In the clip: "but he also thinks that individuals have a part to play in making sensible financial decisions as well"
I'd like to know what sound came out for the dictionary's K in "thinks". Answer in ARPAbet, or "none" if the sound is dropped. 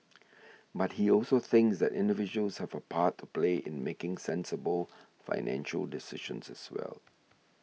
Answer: K